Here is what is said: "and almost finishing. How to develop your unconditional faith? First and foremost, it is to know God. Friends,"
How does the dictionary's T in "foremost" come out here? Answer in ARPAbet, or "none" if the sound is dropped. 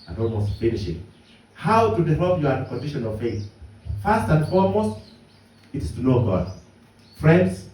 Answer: T